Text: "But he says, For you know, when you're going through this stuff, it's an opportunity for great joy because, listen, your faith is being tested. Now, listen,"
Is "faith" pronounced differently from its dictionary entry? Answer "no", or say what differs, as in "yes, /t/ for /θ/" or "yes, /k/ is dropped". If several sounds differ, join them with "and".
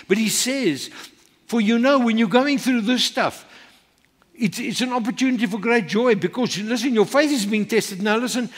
no